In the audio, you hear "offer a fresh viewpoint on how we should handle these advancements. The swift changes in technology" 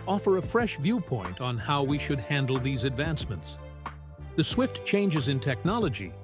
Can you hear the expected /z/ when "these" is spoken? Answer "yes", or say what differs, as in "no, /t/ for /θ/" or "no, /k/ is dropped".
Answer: yes